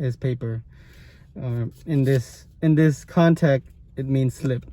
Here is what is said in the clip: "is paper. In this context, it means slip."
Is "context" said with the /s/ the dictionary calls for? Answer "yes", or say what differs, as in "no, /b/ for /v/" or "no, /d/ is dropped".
no, /s/ is dropped